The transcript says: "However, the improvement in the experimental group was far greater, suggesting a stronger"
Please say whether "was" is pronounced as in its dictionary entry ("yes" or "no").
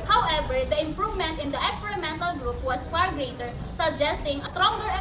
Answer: no